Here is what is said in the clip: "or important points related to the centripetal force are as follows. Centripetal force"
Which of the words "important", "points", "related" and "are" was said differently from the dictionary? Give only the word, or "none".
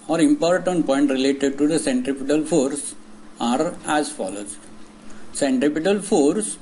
points